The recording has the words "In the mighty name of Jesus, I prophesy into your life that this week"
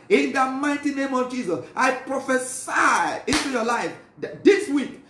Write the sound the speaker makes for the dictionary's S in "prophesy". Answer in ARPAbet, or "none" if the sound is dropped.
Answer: S